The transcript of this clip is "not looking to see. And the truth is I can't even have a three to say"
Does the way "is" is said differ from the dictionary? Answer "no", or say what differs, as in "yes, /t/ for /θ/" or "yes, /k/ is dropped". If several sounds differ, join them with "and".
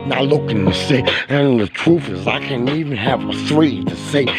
no